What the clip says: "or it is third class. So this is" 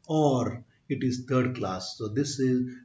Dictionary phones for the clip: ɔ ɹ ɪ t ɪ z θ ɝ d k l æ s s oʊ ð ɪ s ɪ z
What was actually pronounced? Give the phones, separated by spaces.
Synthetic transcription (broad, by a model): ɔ ɹ ɪ t ɪ z t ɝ d k l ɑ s s oʊ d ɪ s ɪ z